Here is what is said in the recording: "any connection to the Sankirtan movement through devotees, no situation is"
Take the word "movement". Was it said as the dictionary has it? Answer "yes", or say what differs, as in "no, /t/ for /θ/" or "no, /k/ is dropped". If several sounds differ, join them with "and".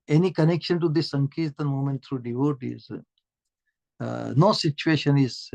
no, /v/ is dropped